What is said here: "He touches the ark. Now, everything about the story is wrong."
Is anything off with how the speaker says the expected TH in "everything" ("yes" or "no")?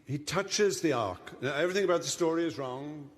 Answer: no